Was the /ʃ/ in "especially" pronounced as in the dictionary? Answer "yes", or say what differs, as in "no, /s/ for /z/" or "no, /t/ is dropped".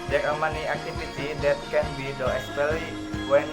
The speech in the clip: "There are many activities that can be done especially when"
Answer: no, /ʃ/ is dropped